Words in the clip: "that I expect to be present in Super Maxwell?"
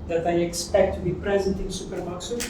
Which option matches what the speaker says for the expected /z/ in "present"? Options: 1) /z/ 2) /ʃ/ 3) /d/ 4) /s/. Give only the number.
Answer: 1